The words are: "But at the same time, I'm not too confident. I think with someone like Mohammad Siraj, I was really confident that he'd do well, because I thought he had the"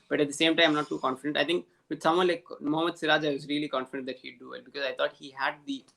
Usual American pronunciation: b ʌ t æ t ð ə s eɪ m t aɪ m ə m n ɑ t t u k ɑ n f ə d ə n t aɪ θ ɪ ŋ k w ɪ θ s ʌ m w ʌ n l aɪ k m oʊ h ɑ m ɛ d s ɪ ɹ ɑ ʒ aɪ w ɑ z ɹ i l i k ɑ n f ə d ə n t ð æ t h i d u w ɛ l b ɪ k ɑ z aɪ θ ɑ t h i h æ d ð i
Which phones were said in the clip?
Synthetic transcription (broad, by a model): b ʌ t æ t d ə s eɪ m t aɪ ə m n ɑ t t u k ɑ n f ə d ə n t aɪ t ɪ ŋ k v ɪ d s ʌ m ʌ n l aɪ k m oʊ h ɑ m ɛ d s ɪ ɹ ɑ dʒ aɪ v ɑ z ɹ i l i k ɑ n f ə d ə n t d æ t h i d u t b ɪ k ɑ z aɪ t ɑ t h i h æ d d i